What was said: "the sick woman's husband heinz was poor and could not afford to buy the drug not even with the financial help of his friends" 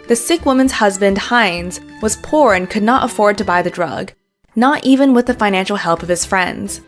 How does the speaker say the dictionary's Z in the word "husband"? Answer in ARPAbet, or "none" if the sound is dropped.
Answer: Z